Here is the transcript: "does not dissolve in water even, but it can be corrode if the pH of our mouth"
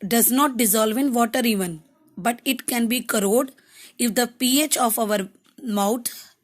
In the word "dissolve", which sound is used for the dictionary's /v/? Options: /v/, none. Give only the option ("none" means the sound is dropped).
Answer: /v/